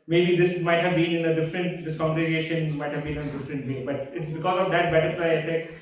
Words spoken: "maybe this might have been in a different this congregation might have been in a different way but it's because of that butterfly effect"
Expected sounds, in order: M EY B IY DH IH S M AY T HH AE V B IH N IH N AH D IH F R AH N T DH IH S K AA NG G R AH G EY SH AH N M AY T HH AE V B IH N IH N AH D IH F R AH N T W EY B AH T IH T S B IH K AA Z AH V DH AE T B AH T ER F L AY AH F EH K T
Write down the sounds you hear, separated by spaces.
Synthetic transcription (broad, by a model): M EY B IY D IH S M AY T HH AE V B IH N IH N AH D IH F R AH N T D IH S K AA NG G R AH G EY SH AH N M AY T HH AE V B IH N IH N AH D IH F R AH N T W EY B AH T IH T S B IH K AA Z AH V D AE T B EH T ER P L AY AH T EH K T